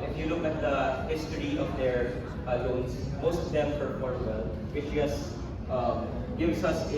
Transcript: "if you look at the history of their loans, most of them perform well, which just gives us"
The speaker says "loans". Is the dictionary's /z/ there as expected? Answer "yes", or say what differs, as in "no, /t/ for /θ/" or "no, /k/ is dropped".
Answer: no, /s/ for /z/